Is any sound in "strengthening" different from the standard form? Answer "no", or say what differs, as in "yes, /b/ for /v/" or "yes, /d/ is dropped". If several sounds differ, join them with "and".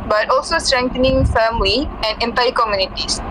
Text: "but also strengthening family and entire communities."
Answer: yes, /t/ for /θ/